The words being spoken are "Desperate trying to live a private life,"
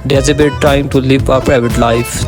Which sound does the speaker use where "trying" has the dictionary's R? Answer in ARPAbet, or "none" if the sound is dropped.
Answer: none